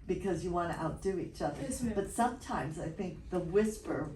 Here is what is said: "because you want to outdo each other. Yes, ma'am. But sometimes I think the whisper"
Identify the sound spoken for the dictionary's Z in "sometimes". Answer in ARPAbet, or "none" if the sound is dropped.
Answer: Z